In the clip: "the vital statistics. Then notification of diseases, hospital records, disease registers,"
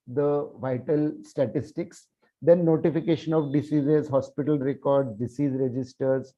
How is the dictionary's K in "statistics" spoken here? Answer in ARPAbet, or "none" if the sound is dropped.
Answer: K